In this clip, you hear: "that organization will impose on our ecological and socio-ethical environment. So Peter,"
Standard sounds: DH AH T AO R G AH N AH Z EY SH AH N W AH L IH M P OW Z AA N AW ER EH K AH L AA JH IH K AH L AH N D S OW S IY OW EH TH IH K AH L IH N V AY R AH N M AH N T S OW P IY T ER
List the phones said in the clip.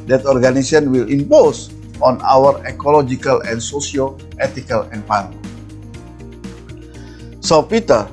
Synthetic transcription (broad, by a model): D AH T AO R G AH N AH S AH N W AH L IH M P OW S AA N AW ER EH K AH L AA JH IH K AH L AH N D S OW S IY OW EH T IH K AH L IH N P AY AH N AH S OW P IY T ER